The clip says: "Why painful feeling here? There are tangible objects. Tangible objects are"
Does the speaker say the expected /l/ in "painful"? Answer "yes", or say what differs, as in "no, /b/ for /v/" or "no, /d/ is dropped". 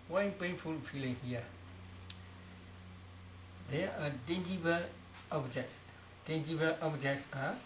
yes